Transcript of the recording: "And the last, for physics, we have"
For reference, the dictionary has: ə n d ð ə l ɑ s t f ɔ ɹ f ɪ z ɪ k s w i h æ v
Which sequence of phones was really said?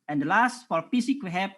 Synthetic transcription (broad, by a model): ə n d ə l ɑ s t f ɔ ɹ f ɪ s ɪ k w i h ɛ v